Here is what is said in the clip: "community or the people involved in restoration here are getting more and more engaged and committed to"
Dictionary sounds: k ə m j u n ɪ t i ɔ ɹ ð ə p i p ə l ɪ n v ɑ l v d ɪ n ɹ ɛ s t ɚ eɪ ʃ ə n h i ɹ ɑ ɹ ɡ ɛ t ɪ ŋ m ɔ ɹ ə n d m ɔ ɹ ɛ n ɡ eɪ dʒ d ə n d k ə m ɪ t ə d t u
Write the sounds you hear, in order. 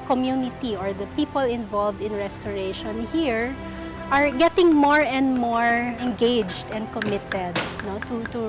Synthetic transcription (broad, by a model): k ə m j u n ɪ t i ɔ ɹ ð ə p i p ə l ɪ n v ɑ l v d ɪ n ɹ ɛ s t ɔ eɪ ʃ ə n h i ɹ ɑ ɹ ɡ ɛ t ɪ ŋ m ɔ ɹ ə n d m ɔ ɹ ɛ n ɡ eɪ dʒ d ə n d k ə m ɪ t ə d t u